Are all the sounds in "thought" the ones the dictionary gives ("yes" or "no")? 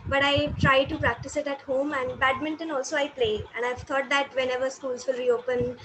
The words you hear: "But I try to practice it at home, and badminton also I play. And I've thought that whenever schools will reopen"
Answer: no